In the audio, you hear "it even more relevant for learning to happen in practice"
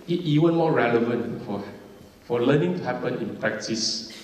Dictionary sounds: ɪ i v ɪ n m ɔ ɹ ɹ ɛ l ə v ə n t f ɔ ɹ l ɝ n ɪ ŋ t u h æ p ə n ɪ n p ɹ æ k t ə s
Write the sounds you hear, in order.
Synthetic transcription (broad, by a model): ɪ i w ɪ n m ɔ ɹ ɹ ɛ l ə v ə n t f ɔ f l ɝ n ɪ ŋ t u h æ p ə n ɪ n p ɹ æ k t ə s